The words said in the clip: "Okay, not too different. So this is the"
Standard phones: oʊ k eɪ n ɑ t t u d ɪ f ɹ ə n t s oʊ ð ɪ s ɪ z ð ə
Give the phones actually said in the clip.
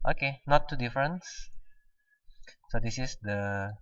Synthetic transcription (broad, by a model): oʊ k eɪ n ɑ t t u d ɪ f ɹ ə n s s oʊ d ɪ s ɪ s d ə